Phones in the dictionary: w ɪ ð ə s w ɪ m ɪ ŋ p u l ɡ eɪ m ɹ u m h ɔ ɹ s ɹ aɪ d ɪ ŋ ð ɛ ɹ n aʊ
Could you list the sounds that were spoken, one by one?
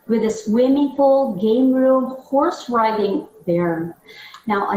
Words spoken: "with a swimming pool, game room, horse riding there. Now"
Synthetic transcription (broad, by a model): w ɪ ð ə s w ɪ m ɪ ŋ f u l ɡ eɪ m ɹ u m h ɔ ɹ s ɹ aɪ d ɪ ŋ ð ɛ ɹ n aʊ